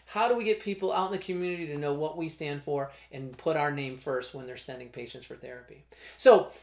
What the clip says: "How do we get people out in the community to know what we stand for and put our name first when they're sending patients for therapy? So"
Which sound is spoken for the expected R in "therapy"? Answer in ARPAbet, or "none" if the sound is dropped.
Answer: R